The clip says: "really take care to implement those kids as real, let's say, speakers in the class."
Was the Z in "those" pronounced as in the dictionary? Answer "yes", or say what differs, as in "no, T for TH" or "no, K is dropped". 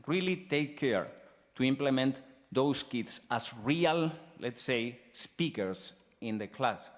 no, S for Z